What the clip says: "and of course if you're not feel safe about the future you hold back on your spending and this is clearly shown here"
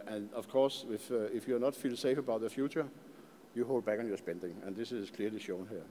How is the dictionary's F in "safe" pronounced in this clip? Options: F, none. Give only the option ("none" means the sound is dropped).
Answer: F